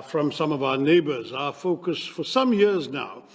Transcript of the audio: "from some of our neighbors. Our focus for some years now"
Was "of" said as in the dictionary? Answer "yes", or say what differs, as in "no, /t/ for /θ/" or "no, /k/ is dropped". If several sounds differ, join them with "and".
yes